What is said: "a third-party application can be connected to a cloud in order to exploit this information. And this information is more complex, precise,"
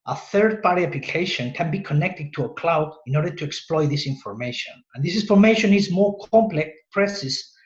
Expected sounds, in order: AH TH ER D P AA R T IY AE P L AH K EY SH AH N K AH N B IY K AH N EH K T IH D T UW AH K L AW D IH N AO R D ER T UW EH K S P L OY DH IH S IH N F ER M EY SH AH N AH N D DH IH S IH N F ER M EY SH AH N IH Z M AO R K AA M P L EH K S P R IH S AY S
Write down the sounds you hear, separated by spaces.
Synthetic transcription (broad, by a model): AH TH ER D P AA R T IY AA P L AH K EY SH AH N K AH N B IY K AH N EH K T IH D T UW AH K L AW D IH N AO R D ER T UW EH K S P L OY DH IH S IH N F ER M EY SH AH N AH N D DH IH S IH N F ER M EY SH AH N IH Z M AO R K AA M P L EH K S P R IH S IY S